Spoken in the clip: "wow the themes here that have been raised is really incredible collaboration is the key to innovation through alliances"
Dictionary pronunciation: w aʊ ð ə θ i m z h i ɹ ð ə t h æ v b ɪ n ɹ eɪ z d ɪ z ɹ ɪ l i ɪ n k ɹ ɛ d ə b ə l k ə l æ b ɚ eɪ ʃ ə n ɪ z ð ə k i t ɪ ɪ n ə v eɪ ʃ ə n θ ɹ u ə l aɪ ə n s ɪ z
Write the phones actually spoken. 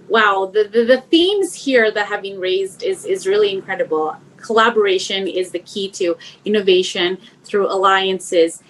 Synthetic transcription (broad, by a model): w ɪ ð ə θ i m z h i ɹ ð ə t h æ v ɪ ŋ ɹ eɪ z d ɪ z ɹ ɪ l i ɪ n k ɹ ɛ d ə b l k ə l æ b ɚ eɪ ʃ ə n ɪ z ð ə k i t ɪ ɪ n ə v eɪ ʃ ə n θ ɹ u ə l aɪ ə n s ɪ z